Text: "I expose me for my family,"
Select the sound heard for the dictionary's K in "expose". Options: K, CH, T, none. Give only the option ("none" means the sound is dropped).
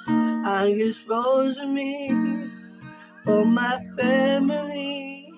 none